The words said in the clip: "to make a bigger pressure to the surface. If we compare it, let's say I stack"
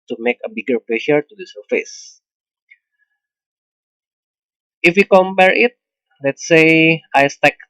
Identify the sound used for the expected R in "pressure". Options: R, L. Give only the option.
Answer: L